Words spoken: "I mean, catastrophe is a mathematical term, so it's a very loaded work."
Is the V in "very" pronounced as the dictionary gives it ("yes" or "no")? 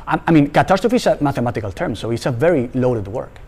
yes